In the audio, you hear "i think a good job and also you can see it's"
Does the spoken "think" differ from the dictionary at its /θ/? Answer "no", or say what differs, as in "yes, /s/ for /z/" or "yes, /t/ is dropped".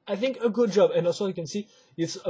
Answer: no